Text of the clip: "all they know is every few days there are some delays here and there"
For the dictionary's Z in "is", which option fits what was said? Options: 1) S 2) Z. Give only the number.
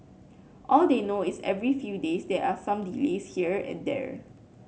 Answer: 1